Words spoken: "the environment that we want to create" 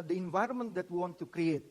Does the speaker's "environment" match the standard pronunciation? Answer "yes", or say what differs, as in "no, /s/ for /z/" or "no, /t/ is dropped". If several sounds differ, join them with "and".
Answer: yes